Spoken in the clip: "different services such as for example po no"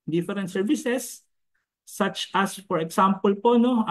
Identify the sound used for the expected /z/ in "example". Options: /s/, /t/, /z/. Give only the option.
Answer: /s/